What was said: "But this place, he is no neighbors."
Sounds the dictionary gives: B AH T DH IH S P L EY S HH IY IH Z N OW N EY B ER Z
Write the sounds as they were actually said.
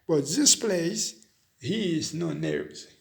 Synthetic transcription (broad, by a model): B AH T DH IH S P L EY S HH IY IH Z N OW N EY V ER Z